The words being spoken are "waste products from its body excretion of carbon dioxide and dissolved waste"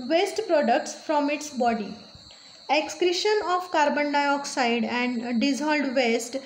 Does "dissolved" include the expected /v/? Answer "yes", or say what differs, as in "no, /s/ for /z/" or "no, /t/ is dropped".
no, /v/ is dropped